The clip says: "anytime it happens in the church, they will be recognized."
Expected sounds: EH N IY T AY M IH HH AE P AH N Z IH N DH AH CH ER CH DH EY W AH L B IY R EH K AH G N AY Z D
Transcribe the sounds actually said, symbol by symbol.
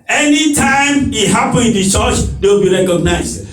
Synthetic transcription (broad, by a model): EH N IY T AY M IH HH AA P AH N IH N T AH CH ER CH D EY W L B IY R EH K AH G N AY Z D